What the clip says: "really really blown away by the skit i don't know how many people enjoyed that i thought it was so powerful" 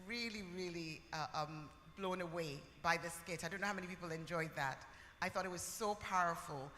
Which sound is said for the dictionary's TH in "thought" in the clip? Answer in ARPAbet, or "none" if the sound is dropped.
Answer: TH